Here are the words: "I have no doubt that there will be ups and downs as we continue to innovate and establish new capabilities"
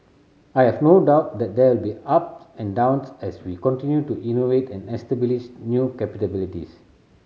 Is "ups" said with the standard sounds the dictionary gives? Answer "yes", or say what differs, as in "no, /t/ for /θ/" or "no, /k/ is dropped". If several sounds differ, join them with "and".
no, /s/ is dropped